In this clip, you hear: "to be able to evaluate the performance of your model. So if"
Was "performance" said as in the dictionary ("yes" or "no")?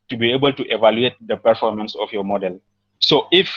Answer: yes